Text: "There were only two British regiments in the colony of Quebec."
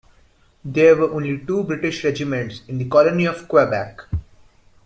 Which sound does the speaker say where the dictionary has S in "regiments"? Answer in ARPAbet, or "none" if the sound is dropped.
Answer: S